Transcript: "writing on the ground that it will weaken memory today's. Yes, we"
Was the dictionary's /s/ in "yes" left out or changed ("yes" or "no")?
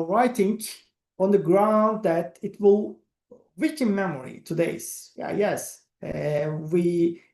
no